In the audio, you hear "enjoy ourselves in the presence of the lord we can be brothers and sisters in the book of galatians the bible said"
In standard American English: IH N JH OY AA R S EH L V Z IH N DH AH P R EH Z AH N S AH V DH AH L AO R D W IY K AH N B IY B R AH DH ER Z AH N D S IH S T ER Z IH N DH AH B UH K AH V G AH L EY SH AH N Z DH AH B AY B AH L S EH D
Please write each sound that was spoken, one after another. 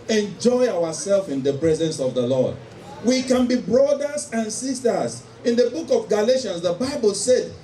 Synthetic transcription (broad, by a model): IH N JH OY AA W S EH L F IH N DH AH P R EH Z AH N S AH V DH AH L AO D W IY K AH N B IY B R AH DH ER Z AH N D S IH S T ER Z IH N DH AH B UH K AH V G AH L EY SH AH N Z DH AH B AY B AH L S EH D